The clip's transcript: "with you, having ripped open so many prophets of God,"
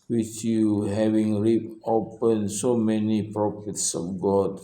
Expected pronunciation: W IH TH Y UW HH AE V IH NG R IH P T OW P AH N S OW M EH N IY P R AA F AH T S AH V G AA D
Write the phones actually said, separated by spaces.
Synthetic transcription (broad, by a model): W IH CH Y UW HH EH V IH NG R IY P OW P AH N S OW M EH N IY P R AA F AH T S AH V G AA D